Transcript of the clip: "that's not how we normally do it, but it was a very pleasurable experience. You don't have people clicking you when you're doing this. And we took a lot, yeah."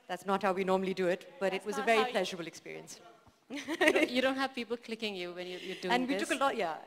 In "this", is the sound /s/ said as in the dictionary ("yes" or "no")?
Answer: no